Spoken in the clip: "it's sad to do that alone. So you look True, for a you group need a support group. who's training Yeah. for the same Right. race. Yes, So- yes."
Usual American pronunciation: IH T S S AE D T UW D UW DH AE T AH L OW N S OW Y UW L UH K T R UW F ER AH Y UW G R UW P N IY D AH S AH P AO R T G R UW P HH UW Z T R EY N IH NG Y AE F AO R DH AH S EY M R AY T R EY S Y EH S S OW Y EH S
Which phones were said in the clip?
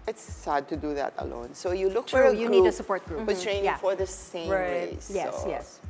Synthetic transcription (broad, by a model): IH T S S AE D T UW D UW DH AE T AH L OW N S OW Y UW L UH K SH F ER AH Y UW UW N IY D AH S AH P AO R T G R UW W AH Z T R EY IH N Y AE F AO R DH AH S EY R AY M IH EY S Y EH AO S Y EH S